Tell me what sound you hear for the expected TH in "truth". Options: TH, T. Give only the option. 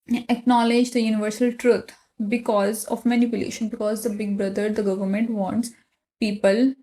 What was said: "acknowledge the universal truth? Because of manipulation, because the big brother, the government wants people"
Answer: T